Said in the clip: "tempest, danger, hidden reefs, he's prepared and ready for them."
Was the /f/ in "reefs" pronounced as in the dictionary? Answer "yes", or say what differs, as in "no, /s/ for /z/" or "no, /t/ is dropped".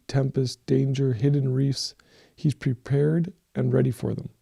yes